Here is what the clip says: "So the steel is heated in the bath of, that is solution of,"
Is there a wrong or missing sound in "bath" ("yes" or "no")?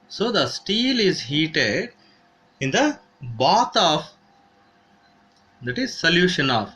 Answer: yes